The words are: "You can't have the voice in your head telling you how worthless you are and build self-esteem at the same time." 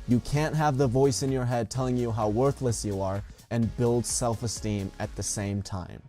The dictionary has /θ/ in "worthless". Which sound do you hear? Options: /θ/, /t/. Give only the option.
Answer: /θ/